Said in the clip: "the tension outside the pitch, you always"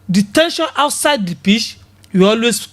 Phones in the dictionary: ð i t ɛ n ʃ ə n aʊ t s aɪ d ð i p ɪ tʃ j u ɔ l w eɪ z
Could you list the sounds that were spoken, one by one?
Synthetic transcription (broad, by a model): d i t ɛ n ʃ ə n aʊ t s aɪ d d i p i ʃ j u ɔ l w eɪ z